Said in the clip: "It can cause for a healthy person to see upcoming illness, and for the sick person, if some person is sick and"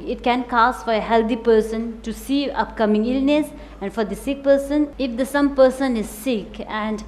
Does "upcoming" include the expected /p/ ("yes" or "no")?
yes